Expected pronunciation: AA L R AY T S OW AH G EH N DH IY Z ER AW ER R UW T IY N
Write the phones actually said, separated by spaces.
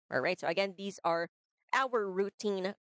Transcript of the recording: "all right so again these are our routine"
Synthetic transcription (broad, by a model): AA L R AY T S OW AH G EH N DH IY Z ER AW ER R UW T IY N